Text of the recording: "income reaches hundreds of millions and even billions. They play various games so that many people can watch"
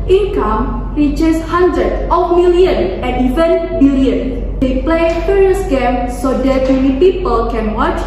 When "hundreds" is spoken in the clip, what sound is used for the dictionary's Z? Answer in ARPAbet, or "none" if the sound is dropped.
none